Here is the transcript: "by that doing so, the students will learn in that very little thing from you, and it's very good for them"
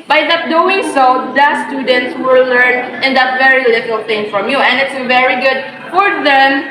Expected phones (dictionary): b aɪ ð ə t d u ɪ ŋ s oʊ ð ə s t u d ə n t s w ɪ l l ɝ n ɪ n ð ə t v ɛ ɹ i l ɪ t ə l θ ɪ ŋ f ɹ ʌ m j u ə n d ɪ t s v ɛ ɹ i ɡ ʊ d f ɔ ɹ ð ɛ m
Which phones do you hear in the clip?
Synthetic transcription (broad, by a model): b aɪ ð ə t d u ɪ ŋ s oʊ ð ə s t u d ə n t s w ɪ l l ɝ n ɪ n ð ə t v ɛ ɹ i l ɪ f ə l t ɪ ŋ f ɹ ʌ m j u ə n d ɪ t s v ɛ ɹ i ɡ ʊ d f ɔ ɹ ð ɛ m